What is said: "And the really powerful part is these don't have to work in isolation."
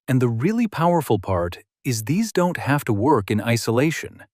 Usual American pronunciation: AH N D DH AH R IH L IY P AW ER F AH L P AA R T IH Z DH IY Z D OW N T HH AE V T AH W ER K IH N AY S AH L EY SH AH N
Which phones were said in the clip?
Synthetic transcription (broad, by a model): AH N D DH AH R IH L IY P AW ER F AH L P AA R T IH Z DH IY Z D OW N T HH AE F T AH W ER K IH N AY S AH L EY SH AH N